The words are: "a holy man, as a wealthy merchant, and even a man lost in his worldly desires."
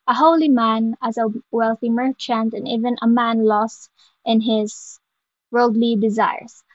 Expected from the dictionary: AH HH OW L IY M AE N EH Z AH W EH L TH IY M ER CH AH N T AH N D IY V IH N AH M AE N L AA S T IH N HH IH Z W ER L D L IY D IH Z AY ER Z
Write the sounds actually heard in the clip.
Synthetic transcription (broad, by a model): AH HH OW L IY M AE N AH Z AH W EH L TH IY M ER CH AH N T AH N IY V IH N AH M AE N L AA S T IH N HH IH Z W ER L D L IY D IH Z AY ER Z